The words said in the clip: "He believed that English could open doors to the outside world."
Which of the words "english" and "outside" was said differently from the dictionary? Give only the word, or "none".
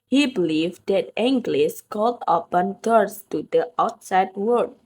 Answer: english